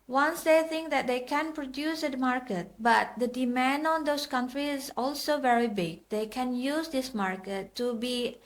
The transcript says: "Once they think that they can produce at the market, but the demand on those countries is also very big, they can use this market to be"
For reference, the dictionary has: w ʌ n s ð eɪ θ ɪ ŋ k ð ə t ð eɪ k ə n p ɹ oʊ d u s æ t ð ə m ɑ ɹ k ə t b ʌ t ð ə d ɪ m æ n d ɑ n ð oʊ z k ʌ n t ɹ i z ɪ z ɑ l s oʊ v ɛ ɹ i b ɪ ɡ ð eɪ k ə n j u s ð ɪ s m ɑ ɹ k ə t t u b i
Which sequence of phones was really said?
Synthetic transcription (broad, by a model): w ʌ n s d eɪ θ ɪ ŋ k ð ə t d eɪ k ə n p ɹ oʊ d u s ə m ɑ ɹ k ə t b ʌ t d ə d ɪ m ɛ n d ɑ n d oʊ s k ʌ n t ɹ i ɪ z ɑ l s oʊ v ɛ ɹ i b ɪ ɡ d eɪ k ə n j u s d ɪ s m ɑ ɹ k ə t t u b i